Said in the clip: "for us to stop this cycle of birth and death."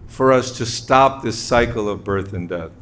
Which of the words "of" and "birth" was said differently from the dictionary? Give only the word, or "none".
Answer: none